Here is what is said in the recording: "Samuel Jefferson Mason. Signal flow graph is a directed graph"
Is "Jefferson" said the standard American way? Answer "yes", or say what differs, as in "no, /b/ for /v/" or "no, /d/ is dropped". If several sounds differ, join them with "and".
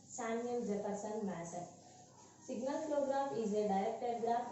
no, /p/ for /f/